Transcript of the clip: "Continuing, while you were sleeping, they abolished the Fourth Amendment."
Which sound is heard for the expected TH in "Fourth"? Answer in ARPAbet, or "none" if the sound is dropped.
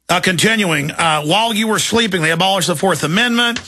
TH